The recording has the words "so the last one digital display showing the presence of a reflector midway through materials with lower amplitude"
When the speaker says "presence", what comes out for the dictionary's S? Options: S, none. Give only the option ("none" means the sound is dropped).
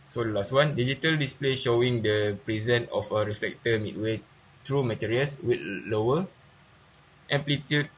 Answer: none